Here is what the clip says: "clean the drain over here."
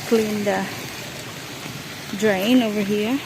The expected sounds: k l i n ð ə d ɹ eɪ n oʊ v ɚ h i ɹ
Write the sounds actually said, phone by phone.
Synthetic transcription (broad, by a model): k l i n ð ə d ɹ eɪ n oʊ v ɚ h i ɹ